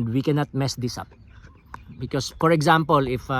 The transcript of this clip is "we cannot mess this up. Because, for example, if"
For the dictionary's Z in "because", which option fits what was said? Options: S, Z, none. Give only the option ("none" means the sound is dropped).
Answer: S